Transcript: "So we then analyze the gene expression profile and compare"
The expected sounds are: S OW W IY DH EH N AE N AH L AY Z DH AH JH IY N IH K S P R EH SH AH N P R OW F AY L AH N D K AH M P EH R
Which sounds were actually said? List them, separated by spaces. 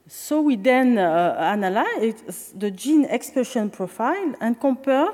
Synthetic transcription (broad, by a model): S OW W IY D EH N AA N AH L AY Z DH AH JH IY N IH K S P EH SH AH N P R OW F AY L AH N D K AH P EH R